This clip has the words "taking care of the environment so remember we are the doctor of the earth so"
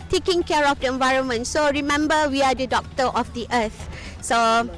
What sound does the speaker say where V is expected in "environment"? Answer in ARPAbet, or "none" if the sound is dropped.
V